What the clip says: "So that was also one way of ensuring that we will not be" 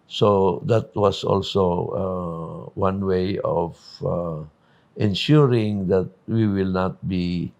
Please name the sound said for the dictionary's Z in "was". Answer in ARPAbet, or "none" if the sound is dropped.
S